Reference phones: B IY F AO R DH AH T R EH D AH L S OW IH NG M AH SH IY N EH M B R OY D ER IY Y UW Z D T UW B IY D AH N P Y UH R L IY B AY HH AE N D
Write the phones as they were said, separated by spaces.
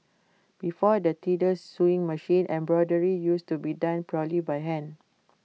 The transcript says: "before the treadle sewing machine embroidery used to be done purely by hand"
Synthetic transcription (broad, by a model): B IY F AO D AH T IY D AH S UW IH NG M AH SH IY N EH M B R OY D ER IY Y UW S T UW B IY D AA N P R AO L IY B AY HH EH N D